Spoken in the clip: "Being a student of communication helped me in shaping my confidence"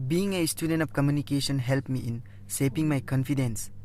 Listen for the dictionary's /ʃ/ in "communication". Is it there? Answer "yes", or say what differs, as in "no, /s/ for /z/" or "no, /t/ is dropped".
no, /s/ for /ʃ/